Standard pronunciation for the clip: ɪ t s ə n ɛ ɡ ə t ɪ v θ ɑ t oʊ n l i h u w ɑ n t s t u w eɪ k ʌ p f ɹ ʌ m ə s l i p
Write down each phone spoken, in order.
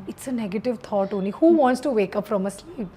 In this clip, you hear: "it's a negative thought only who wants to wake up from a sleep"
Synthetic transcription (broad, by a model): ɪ t s ə n ɛ ɡ ə t ɪ v t ɑ t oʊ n i h u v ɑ n t s t u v eɪ k ʌ p f ɹ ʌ m ə s l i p